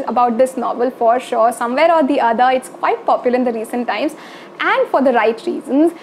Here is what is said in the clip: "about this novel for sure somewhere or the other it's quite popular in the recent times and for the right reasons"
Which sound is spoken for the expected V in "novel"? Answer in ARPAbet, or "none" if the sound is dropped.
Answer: V